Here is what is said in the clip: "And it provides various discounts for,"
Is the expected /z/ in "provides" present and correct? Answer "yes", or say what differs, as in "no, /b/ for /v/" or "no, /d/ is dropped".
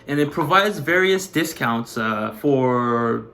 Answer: yes